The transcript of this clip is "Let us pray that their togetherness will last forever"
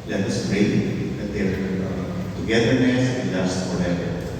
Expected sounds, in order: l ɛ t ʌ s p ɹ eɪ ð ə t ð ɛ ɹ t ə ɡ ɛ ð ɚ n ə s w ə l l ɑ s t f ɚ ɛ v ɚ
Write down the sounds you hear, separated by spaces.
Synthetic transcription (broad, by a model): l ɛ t ʌ s b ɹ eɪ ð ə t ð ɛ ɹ t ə ɡ ɛ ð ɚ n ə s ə n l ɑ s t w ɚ ɛ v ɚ